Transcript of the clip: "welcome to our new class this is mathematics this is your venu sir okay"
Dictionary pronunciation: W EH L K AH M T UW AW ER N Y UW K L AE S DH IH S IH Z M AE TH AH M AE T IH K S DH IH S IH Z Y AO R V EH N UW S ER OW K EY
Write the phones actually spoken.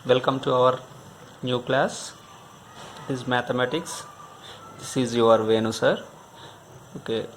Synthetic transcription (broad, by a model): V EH L K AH M T UW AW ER N Y UW K L AE S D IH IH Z M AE T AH M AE T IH K S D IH S IH Z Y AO R V EH N UW S ER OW K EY